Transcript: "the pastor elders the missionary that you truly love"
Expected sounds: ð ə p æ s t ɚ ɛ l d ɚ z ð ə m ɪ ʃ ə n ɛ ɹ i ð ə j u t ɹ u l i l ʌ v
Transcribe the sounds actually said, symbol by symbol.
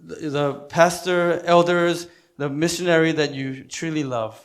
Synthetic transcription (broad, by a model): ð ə p æ s t ɚ ɛ l d ɚ z ð ə m ɪ ʃ ə n ɛ ɹ i ð ə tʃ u t ɹ u l i l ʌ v